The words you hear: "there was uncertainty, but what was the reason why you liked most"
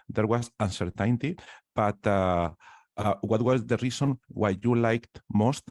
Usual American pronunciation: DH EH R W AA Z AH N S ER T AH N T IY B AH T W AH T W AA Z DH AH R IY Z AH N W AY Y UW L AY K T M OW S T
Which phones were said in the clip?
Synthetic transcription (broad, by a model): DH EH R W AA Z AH N S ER T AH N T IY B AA T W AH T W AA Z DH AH R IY S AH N W AY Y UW L AY K T M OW S T